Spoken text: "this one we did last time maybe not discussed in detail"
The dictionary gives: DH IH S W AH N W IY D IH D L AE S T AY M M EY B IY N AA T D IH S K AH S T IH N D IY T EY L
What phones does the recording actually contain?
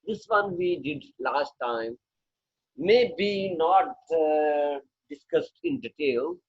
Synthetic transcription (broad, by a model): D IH S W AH N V IY D IH D L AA S T AY M M EY B IY N AA T D IH S K AH S T IH N D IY T EY L